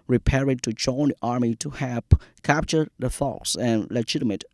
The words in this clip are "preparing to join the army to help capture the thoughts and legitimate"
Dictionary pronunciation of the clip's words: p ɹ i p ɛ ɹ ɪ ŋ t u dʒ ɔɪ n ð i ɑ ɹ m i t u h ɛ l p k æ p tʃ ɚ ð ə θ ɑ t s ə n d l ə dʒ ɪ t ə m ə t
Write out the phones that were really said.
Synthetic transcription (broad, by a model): ɹ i p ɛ ɹ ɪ t u dʒ ɔɪ n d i ɑ ɹ m i t u h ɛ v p k æ p tʃ ɚ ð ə f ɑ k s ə n l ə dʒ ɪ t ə m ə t